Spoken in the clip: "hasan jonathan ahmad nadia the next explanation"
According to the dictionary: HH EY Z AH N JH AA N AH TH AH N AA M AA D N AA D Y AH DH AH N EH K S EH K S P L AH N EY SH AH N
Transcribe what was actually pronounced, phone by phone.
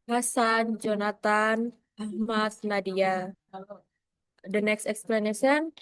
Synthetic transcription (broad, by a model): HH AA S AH N JH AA N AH T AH N AA M AA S N AA D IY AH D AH N EH K S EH K S P L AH N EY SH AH N